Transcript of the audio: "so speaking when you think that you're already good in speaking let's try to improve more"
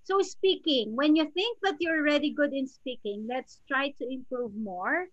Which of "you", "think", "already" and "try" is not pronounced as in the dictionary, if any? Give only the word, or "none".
none